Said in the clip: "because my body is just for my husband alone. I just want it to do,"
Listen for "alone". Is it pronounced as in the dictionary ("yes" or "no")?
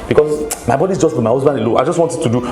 no